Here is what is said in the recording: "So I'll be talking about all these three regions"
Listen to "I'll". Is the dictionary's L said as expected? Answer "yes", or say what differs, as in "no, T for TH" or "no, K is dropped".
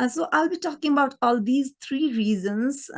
yes